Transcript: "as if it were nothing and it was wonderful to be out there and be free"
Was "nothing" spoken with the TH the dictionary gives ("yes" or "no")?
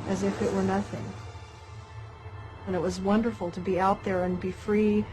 yes